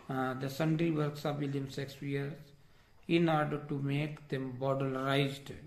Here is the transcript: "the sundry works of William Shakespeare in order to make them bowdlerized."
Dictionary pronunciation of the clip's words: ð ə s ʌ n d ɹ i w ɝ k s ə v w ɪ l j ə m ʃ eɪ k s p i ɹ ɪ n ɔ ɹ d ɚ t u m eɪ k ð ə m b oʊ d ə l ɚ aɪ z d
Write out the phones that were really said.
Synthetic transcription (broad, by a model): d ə s ʌ n d ɹ i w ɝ k s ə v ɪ l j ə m s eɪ k s i ɹ ɪ n ɔ ɹ d ɚ t u m eɪ k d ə m b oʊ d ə l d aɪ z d